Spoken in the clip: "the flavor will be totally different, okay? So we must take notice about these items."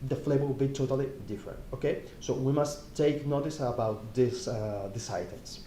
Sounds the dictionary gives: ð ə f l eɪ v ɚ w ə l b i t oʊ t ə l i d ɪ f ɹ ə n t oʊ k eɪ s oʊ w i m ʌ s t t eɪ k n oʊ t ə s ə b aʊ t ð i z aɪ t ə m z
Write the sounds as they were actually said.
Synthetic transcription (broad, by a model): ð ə f l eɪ b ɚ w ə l b i t oʊ t ə l i d ɪ f ɹ ə n t oʊ k eɪ s oʊ w i m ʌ s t t eɪ k n oʊ t ə s ə b aʊ t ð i s aɪ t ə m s